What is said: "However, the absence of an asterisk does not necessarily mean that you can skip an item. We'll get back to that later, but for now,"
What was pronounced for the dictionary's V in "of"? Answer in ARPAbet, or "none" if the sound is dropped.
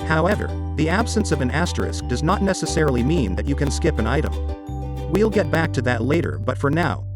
V